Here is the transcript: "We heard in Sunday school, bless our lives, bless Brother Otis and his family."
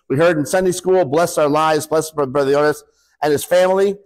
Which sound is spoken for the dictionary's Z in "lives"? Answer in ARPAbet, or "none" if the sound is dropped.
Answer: Z